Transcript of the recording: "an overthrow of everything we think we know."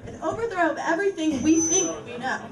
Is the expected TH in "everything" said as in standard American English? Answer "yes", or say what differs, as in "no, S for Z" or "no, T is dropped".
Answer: yes